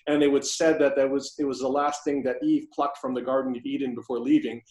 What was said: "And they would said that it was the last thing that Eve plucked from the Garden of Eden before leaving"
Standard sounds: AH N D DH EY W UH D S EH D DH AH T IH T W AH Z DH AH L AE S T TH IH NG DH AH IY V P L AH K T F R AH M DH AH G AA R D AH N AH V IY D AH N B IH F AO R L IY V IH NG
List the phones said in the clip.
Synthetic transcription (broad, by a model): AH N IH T W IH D S EH D DH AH T IH T W AH Z DH AH L AE S T TH IH NG DH AH IY V P L AH K T F R AH M DH AH G AA R D N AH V IY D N B IH F AO R L IY V IH NG